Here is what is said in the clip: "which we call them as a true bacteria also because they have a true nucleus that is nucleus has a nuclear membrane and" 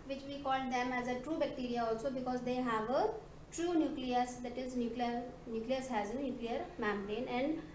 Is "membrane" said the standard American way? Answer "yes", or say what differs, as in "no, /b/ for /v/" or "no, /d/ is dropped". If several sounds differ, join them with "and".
no, /b/ is dropped